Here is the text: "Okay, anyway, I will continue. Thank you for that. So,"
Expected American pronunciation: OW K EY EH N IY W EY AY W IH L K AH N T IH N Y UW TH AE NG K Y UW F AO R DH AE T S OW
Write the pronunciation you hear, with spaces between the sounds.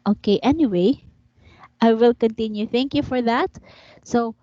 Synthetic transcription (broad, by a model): OW K EY EH N IY W EY AY W IH L K AH N T IH N Y UW TH AE NG K Y UW F AO R DH AE T S OW